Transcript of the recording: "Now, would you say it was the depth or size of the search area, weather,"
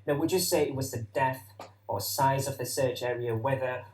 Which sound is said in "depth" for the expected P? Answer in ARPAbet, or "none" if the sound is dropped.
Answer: none